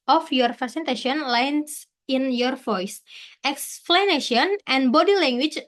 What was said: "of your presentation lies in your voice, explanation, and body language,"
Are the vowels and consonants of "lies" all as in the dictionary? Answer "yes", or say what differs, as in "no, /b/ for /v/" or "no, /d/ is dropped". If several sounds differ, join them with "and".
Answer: no, /s/ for /z/